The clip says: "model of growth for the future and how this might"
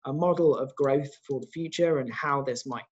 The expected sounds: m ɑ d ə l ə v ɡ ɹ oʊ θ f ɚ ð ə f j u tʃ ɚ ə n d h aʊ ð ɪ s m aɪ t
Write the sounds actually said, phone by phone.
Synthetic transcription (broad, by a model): m ɑ d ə l ə v ɡ ɹ oʊ θ f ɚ ð ə f j u tʃ ɚ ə n h aʊ ð ɪ s m aɪ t